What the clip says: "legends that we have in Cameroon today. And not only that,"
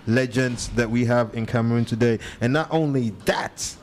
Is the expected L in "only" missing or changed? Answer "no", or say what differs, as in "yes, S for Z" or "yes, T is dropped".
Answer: no